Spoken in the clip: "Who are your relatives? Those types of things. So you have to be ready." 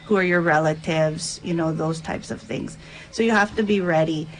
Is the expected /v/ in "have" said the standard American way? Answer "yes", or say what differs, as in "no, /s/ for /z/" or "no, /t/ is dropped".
no, /f/ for /v/